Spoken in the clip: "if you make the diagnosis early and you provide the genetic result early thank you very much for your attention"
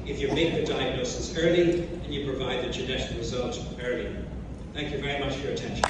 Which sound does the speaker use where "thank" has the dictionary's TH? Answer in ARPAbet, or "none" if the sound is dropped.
TH